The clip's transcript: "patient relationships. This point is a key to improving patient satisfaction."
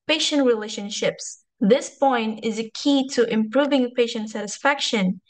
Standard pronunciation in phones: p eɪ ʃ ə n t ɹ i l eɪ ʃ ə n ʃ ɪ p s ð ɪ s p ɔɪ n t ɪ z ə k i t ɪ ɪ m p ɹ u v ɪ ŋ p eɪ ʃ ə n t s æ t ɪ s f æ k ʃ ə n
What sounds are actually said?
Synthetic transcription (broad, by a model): p eɪ ʃ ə n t ɹ i l eɪ ʃ ə n ʃ ɪ p s ð ɪ s p ɔɪ n t ɪ z ə k i t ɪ ɪ m p ɹ u v ɪ ŋ p eɪ ʃ ə n t s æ t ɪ s f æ k ʃ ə n